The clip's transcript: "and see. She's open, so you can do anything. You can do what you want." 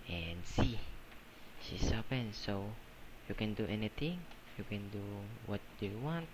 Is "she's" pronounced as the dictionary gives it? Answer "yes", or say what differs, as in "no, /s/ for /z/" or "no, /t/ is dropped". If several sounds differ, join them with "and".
no, /s/ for /z/